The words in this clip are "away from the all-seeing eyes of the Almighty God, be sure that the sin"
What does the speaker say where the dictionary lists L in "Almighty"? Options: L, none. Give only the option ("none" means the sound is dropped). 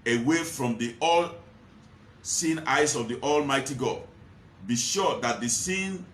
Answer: L